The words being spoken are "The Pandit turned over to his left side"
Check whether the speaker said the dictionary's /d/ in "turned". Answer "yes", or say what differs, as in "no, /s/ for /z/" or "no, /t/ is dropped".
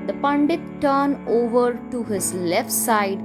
no, /d/ is dropped